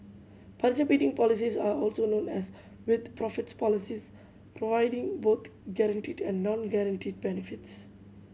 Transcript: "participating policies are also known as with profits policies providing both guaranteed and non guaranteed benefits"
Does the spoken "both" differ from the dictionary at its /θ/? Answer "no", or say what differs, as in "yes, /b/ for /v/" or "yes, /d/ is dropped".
yes, /t/ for /θ/